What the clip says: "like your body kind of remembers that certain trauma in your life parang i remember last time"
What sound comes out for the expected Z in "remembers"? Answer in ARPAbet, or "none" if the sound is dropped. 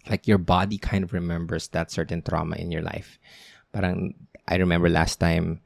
S